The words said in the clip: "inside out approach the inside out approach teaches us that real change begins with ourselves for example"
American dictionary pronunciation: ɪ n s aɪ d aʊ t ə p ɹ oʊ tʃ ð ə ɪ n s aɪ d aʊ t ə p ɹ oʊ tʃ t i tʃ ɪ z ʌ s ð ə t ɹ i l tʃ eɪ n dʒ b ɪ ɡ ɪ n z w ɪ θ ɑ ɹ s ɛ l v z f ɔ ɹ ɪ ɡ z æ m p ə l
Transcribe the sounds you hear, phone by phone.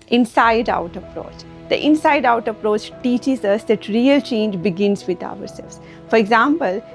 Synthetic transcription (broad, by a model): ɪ n s aɪ d aʊ t ə p ɹ oʊ tʃ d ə ɪ n s aɪ d aʊ t ə p ɹ oʊ tʃ t i tʃ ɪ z ʌ s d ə t ɹ i l tʃ eɪ n dʒ b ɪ ɡ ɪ n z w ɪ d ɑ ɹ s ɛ v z f ɔ ɹ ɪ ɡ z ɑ m p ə l